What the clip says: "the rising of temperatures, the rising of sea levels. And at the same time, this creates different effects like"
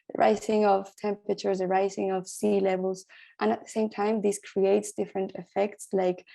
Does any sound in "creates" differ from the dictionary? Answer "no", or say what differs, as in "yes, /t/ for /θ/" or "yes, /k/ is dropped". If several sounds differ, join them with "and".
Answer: no